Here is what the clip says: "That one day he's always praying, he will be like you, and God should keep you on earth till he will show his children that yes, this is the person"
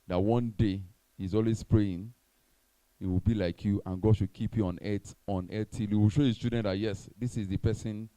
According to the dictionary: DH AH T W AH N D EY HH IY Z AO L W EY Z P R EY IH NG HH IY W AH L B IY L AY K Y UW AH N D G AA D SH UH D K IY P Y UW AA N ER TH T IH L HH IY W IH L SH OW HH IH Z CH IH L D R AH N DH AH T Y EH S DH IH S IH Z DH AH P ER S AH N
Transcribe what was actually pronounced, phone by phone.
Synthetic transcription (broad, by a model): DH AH T W AH N D EY HH IY Z AO L W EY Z P R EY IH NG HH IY W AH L B IY L AY K Y UW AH N G AA D SH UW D K IY P Y UW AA N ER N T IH L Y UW W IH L SH OW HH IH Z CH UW D AH N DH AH T Y EH S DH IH S IH Z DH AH P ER S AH N